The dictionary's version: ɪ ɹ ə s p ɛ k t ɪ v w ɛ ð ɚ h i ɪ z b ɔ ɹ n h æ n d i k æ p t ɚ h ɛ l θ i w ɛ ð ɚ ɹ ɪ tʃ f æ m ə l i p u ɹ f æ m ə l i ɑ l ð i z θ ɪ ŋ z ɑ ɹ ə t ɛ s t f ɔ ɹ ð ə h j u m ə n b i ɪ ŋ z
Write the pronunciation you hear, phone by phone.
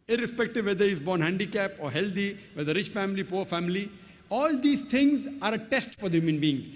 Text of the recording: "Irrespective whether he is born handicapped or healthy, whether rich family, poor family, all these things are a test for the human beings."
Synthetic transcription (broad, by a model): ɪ ɹ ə s p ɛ k t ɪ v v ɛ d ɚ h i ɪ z b ɔ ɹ n h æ n d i k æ p ɔ h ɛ l t i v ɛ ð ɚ ɹ ɪ tʃ f æ m ə l i p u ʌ f æ m ə l i ɑ l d i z t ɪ ŋ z ɑ ɹ ə t ɛ s t f ɔ ɹ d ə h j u m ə n b i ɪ ŋ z